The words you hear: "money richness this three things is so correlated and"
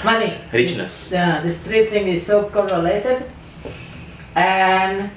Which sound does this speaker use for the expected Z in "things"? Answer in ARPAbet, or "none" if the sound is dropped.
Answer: none